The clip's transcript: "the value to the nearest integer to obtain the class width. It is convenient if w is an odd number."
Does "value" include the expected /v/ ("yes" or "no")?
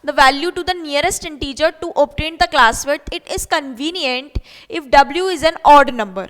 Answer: yes